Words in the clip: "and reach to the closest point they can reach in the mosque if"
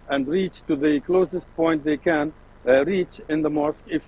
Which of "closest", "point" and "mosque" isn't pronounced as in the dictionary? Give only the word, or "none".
none